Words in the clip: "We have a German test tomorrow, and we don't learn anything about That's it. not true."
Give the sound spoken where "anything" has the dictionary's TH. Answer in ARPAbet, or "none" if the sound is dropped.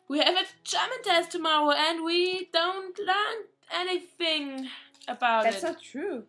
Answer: TH